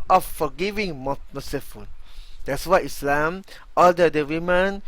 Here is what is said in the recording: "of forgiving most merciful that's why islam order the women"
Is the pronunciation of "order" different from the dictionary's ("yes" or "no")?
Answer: yes